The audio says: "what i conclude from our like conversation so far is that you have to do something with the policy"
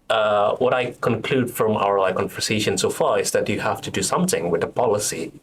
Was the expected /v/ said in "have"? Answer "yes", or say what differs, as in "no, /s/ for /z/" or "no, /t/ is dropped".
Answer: no, /f/ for /v/